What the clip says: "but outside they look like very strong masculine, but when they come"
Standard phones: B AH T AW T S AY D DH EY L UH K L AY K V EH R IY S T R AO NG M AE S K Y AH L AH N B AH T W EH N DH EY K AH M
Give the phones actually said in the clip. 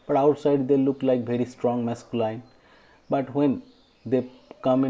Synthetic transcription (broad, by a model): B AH T AW T S AY D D EY L UH K L AY K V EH R IY S T R AO NG M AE S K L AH AH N B AH T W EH N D EY K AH M